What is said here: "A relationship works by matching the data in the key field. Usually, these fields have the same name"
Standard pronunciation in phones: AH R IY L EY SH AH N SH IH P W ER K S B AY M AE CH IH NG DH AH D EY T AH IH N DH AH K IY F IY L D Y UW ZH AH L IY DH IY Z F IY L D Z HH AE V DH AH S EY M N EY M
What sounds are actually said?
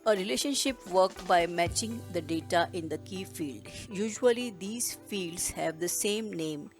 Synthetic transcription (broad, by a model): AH R IY L EY SH AH N SH IH P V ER K B AY M AE CH IH NG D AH D EY T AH IH N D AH K IY F IY L D Y UW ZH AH L IY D IY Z F IY L D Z HH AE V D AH S EY M N EY M